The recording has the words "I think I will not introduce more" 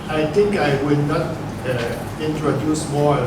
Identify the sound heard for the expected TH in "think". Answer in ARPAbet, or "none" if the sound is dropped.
T